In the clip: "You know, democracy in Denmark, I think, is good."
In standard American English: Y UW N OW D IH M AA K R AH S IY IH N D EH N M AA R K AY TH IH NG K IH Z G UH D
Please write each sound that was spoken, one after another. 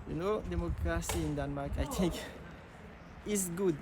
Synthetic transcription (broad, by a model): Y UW N OW D IH M AA K R AH S IY IH N D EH N M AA K AY T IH NG K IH S G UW D